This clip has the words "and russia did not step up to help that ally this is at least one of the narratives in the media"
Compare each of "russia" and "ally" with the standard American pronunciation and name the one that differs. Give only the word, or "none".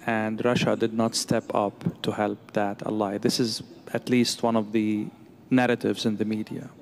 none